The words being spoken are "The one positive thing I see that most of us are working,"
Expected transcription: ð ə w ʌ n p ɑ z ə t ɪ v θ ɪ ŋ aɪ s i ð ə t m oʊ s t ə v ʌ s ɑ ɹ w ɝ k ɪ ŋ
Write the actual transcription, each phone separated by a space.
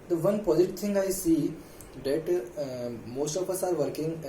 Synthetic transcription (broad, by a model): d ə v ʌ n p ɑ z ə t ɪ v t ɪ ŋ aɪ s i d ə t m oʊ s t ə p ʌ s ɑ ɹ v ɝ k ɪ ŋ